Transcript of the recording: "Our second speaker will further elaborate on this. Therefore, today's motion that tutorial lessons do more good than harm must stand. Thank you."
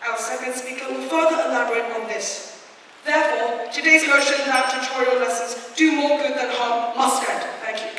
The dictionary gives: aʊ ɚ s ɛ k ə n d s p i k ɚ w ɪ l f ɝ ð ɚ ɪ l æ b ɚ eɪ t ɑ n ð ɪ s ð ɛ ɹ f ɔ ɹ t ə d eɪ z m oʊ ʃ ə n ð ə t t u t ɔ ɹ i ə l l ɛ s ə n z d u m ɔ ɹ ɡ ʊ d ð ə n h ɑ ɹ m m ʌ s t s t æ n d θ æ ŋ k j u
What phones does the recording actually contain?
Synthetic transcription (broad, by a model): aʊ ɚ s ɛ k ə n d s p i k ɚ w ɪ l f ɝ ð ɚ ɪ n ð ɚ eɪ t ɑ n ð ɪ s ð ɛ ɹ f ɔ ɹ t ə d eɪ z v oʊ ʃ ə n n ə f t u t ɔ ɹ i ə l l ɛ s ə n z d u m ɔ ɹ ɡ ʊ d ð ə n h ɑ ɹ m m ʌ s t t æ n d θ æ ŋ k j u